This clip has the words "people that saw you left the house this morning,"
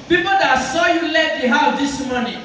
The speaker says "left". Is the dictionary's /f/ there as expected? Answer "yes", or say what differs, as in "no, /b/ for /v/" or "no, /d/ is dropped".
no, /f/ is dropped